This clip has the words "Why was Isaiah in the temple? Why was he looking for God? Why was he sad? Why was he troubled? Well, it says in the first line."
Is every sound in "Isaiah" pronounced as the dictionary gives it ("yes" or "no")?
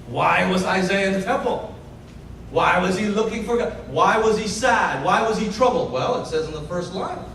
yes